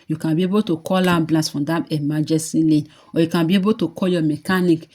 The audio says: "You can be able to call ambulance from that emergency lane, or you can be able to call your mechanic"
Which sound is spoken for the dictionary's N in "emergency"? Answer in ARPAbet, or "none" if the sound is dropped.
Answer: none